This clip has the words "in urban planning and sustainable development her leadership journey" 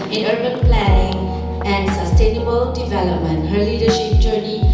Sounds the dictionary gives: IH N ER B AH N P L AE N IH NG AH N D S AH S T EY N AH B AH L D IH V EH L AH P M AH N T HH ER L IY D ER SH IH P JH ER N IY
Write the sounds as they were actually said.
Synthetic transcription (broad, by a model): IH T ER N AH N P L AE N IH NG AH N D S AH S T EY N AH B AH L D IH V EH L AH P M AH N T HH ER L IY D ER SH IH P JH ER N IY